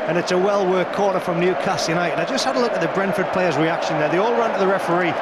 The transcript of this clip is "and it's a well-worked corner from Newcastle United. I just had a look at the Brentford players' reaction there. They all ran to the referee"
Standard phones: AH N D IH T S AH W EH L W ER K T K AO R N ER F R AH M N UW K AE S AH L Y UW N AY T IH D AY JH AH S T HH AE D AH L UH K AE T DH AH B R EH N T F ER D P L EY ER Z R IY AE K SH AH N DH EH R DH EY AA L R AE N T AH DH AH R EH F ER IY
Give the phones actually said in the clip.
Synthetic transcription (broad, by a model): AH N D IH T S AH W EH L W ER K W AO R ER F R AH M N UW K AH S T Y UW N AY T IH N AY JH AH S T HH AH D AH L UH K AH T DH AH B R EH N F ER D P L EY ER Z R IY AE K SH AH N DH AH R DH EY AA L R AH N T AH DH AH R EH F ER IY